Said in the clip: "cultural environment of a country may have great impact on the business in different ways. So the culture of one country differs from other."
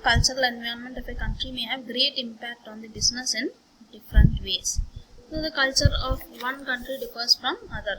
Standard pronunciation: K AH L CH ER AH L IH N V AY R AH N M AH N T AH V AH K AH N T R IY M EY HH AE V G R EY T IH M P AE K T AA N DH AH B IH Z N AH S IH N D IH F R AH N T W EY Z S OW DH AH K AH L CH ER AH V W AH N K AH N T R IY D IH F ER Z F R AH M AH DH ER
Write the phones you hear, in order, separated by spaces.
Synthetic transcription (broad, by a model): K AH L CH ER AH L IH N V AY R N M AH N T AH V AH K AH N T R IY M EY HH AE V G R EY T IH M P AE K T AA N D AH B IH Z N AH S IH N D IH F R AH N T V EY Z S OW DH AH K AH L CH ER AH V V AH N K AH N T R IY D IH F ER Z F R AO M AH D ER